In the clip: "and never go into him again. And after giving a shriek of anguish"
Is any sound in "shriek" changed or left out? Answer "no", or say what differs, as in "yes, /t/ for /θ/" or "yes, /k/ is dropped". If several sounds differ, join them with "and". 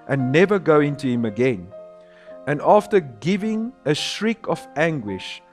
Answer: no